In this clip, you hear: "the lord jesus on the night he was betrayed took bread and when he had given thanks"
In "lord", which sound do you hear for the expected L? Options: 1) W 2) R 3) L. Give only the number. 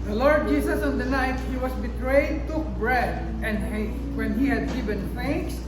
3